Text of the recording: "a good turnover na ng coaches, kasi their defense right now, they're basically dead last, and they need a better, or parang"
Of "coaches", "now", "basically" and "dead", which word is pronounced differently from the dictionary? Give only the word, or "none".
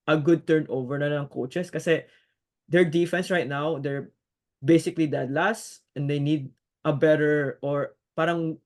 coaches